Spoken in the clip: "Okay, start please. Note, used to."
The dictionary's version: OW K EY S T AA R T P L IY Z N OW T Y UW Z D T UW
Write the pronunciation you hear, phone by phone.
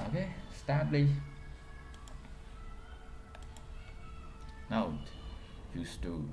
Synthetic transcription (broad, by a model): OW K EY S T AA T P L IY N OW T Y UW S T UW